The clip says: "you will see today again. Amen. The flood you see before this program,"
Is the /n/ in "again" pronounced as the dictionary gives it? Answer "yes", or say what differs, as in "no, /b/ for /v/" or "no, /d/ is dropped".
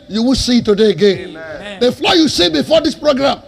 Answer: yes